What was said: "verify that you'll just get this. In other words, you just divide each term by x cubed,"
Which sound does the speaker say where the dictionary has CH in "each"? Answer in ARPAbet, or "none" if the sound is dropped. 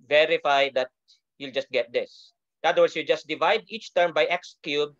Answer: CH